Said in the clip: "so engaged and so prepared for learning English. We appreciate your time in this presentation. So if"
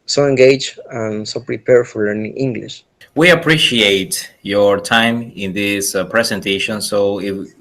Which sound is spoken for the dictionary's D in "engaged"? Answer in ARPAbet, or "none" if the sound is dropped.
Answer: none